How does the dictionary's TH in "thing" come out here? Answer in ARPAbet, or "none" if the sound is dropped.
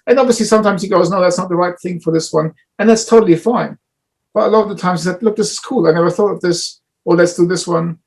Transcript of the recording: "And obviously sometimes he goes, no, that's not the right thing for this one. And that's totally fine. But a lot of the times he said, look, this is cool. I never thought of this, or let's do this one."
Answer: TH